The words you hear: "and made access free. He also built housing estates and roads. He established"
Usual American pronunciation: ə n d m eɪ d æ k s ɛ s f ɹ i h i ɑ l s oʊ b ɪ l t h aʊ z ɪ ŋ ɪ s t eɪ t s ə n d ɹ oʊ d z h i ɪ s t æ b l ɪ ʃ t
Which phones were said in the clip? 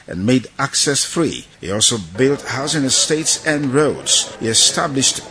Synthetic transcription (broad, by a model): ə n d m eɪ d æ k s ɛ s f ɹ i h i ɑ l s oʊ b ɪ l t h aʊ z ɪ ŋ ɪ s t eɪ t s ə n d ɹ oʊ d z h i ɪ s t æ b l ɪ ʃ t